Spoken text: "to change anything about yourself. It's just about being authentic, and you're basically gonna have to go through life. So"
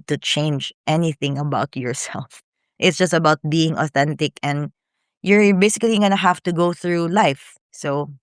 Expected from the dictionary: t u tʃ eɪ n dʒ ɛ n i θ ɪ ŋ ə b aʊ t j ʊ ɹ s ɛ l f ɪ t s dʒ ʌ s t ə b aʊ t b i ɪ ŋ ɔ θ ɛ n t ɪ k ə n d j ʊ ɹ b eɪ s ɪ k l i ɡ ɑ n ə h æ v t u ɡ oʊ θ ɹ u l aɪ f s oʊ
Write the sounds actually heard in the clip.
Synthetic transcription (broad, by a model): t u tʃ eɪ n dʒ ɛ n i θ ɪ ŋ ə b aʊ t j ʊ ɹ s ɛ l f ɪ t s dʒ ʌ s t ə b aʊ t b i ɪ ŋ ɔ θ ɛ n t ɪ k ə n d j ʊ ɹ b eɪ s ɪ k l i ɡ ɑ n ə h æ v t u ɡ oʊ θ ɹ u l aɪ f s oʊ